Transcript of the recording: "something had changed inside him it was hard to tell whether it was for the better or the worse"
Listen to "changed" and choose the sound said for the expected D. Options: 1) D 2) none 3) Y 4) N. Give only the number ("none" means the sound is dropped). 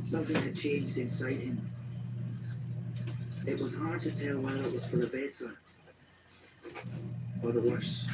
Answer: 1